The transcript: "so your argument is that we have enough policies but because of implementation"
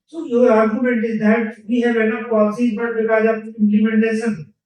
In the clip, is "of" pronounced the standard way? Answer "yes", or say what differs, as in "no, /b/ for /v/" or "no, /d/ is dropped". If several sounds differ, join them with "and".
no, /p/ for /v/